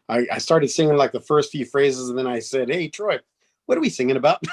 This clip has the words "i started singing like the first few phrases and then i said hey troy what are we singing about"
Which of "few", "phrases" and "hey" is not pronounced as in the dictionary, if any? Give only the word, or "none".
none